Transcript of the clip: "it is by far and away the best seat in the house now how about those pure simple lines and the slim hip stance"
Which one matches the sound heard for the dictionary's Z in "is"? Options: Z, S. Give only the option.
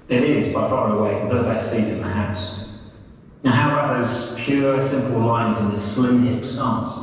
Z